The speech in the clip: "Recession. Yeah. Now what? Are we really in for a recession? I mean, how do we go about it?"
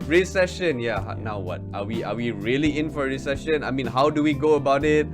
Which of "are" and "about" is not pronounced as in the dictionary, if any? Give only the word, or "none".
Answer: are